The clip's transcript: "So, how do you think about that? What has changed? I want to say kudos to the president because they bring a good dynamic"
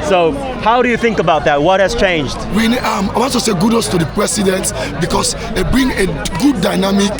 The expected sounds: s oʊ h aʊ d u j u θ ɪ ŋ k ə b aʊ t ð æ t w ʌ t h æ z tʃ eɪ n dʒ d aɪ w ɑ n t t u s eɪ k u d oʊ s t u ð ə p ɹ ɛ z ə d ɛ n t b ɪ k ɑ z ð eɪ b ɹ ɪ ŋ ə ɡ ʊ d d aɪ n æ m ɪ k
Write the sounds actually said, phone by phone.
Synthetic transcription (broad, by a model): s oʊ h aʊ d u j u θ ɪ ŋ k ə b aʊ t ð æ t w ʌ t h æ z tʃ eɪ n dʒ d aɪ w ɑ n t t u s eɪ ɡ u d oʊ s t u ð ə p ɹ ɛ s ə d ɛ n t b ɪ k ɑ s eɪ b ɹ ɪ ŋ ə ɡ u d d aɪ n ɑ m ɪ k